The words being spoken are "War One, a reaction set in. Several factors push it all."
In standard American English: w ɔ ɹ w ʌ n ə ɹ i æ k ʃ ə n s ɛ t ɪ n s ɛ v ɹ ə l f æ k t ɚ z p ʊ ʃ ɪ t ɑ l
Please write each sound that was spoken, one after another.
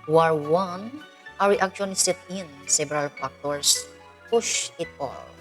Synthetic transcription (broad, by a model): w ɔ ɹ w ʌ n ə ɹ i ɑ k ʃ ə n s ɛ t ɪ n s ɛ b ɹ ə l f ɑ k t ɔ s p ʊ ʃ ɪ t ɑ l